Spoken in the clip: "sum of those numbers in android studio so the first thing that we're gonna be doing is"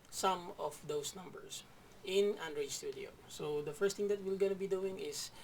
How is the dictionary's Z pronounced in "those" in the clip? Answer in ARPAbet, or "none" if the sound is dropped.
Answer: S